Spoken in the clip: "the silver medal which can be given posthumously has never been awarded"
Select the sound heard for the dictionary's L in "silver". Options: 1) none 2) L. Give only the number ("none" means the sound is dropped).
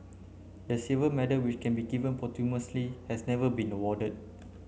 1